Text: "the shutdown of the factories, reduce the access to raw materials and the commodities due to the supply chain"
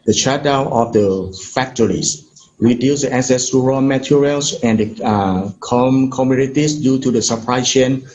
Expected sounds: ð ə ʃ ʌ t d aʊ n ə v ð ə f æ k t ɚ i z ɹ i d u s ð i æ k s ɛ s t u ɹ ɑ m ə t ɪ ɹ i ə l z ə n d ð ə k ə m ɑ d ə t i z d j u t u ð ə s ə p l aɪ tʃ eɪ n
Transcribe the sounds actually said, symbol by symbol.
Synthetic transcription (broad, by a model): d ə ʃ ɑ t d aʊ ə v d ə f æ k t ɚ i s ɹ i d u s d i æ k s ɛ s t u ɹ ɑ m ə t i ɹ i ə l s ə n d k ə k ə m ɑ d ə t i s d j u t u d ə s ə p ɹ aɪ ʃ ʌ n